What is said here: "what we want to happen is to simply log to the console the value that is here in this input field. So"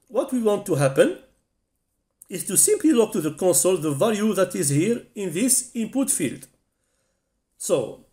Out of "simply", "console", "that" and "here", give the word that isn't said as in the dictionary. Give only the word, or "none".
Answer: none